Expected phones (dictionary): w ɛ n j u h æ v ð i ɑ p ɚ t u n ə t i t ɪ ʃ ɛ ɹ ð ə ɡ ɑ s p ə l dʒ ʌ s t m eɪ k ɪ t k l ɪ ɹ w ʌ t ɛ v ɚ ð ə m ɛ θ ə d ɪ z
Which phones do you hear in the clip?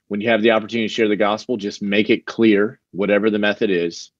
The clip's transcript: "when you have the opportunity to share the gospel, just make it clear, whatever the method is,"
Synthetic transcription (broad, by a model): w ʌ n j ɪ v ð i ɑ p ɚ t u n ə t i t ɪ ʃ ɛ ɹ ð ə ɡ ɑ s p l dʒ ʌ s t m eɪ k ɪ t k l ɪ ɹ w ʌ t ɛ v ɚ ð ə m ɛ θ ə d ɪ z